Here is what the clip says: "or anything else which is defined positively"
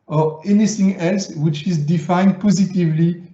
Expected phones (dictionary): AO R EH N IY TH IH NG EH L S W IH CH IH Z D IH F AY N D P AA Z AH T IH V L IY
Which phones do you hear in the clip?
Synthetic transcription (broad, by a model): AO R EH N IY TH IH NG EH L S W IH CH IH Z D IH F AY N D P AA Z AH T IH V L IY